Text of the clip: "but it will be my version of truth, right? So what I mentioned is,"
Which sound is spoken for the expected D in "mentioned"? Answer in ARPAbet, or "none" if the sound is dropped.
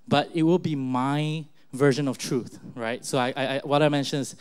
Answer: none